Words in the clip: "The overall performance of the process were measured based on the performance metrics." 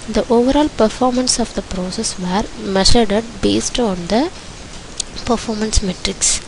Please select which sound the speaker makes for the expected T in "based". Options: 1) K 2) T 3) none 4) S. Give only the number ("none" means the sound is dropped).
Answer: 2